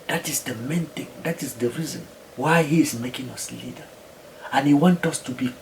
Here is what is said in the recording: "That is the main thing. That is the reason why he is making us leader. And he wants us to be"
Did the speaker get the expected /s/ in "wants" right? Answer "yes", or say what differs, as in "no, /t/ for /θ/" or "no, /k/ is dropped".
no, /s/ is dropped